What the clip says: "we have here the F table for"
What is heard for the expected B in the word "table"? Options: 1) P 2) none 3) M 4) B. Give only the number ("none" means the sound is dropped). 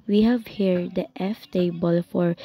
4